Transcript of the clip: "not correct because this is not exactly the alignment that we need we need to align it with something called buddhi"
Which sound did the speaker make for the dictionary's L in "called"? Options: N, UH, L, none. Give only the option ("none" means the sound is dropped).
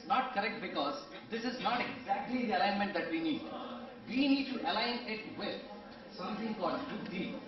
none